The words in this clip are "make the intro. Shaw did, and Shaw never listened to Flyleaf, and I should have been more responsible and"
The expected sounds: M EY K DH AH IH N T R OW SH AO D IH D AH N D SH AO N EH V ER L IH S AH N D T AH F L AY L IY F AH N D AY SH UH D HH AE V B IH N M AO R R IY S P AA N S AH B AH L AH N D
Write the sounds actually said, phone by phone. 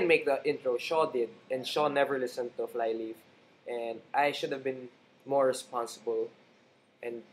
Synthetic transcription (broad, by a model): M EY K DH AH IH N T R OW SH AO D IH D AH N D SH AO N EH V ER L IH S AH N T AH F L AY L IY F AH N D AY SH UH D HH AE V B IH N M AO R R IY S P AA N S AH B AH L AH N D